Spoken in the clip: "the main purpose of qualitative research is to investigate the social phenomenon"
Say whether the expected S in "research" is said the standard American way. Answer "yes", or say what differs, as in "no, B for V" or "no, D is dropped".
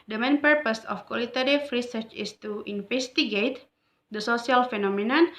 yes